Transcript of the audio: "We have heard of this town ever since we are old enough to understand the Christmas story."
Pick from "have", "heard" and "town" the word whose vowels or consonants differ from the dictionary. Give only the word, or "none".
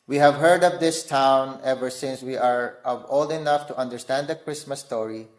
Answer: none